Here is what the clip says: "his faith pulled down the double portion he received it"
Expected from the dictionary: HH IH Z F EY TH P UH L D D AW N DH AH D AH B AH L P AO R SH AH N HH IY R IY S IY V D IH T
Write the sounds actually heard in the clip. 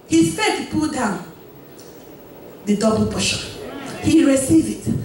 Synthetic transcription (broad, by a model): HH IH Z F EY T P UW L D D AW N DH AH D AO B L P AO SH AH HH IY R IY S IY V IH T